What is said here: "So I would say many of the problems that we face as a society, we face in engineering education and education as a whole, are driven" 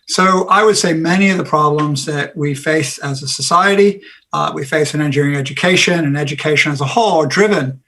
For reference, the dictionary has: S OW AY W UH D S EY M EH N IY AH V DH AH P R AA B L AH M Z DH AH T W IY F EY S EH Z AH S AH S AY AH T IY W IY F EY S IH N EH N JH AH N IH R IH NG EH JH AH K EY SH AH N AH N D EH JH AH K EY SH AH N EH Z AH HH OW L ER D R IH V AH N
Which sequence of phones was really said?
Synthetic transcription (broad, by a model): S OW AY W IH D S EY M EH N IY AH V DH AH P R AA B L AH M Z DH AH T W IY F EY S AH Z AH S AH S AY AH T IY W IY F EY S IH N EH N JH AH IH R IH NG EH JH AH K EY SH AH N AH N EH JH AH K EY SH AH N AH Z AH HH OW L ER D R IH V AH N